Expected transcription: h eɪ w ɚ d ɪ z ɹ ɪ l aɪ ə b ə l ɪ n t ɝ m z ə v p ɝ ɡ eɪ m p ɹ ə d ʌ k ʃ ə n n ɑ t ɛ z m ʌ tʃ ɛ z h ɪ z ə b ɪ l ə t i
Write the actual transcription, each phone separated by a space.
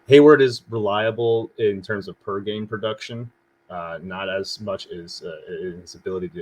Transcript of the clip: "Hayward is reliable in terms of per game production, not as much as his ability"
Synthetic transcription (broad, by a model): h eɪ w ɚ d ɪ z ɹ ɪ l aɪ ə b l ɪ n t ɝ m z ə v p ɝ ɡ eɪ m p ɹ ə d ʌ k ʃ ə n n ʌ t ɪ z m ʌ tʃ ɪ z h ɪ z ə b ɪ l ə t i